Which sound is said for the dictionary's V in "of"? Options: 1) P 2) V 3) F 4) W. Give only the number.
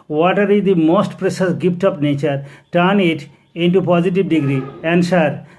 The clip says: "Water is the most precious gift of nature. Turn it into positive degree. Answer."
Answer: 1